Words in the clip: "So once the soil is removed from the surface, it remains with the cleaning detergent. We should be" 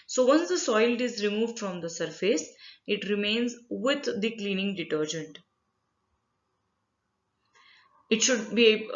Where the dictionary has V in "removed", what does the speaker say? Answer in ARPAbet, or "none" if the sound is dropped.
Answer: V